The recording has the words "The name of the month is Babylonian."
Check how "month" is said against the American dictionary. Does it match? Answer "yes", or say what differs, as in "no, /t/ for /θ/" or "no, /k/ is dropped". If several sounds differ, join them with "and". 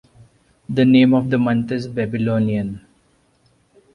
no, /t/ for /θ/